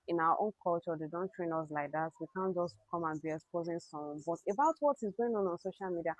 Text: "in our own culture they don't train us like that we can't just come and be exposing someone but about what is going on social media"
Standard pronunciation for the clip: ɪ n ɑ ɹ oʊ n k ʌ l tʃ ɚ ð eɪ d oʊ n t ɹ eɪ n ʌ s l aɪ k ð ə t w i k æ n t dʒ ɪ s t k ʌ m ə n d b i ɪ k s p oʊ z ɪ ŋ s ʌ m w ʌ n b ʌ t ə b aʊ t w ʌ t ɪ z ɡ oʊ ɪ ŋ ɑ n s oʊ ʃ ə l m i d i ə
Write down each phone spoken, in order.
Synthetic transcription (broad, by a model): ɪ n ɑ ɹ oʊ n k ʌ l tʃ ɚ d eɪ d oʊ n t ɹ eɪ n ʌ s l aɪ k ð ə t w i k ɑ n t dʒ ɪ s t k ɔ m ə n b i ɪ k s p oʊ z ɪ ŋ s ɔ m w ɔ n b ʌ t ə b aʊ t w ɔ t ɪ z ɡ oʊ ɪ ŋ ɑ n s oʊ ʃ ə l m i d i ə